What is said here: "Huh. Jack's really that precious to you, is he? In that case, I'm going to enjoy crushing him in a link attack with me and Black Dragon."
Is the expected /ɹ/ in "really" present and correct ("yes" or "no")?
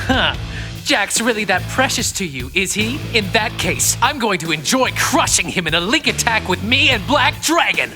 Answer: yes